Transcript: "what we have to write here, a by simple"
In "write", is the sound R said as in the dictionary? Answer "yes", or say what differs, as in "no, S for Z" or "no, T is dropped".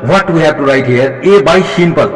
yes